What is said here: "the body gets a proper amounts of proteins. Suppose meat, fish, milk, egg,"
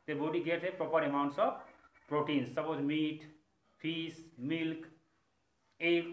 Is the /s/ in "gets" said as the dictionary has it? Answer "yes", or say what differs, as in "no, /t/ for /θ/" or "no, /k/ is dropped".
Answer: no, /s/ is dropped